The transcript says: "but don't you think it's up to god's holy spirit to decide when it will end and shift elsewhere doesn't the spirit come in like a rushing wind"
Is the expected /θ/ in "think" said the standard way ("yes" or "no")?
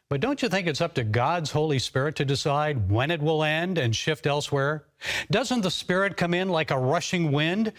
yes